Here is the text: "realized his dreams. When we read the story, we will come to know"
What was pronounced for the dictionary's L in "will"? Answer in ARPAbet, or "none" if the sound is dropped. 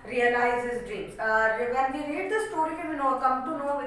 N